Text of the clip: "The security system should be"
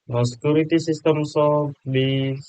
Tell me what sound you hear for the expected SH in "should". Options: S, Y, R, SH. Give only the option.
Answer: S